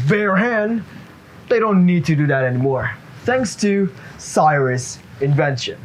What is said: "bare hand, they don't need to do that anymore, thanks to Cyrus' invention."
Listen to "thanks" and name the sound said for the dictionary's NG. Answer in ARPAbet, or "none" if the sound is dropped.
NG